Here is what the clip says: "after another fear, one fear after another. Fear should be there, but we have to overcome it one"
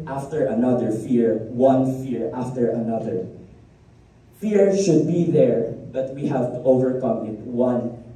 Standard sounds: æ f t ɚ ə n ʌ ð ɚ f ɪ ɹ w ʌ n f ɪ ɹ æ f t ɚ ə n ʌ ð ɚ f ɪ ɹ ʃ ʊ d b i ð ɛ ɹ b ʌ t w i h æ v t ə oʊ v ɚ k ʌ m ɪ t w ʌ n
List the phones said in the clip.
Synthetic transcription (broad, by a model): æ f t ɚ ə n ʌ ð ɚ f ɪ ɹ w ʌ n f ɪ ɹ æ f t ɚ ə n ʌ ð ɚ f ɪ ɹ ʃ ʊ d b i ð ɛ ɹ b ʌ t w i h æ v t oʊ v ɚ k ʌ m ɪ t w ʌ n